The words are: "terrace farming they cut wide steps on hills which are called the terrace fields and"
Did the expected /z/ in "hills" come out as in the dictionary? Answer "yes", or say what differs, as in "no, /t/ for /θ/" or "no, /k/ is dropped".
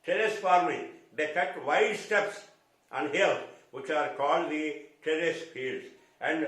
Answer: no, /z/ is dropped